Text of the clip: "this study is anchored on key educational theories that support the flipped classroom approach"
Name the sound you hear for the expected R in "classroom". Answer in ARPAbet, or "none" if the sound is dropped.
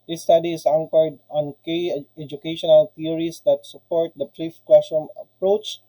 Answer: none